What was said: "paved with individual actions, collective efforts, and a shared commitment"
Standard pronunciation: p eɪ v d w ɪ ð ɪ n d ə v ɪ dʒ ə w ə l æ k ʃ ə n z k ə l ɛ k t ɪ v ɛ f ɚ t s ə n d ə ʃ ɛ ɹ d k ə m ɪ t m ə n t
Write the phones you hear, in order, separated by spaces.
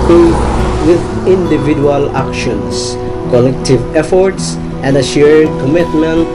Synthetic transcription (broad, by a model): w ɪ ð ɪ n d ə v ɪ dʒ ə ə l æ k ʃ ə n s k ə l ɛ k t ɪ v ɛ f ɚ t s ə n d ə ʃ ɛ ɹ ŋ k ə m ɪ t m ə n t